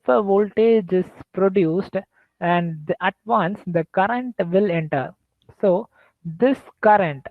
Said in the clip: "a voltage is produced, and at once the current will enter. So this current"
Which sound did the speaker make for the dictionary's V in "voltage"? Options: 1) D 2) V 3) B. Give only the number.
2